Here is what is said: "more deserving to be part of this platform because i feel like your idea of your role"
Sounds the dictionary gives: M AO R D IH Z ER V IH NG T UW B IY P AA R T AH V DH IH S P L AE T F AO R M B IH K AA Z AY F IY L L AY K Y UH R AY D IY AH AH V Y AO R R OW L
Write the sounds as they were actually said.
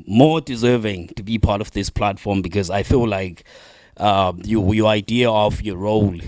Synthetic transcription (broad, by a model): M AO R D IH Z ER V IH NG T UW B IY P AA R T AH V DH IH S P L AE T F AO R M B IH K AA Z AY F IY L L AY K Y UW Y AY D IY AH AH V Y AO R R OW L